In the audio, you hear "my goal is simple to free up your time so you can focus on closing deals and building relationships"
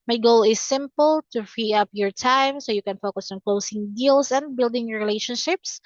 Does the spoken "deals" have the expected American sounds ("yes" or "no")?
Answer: no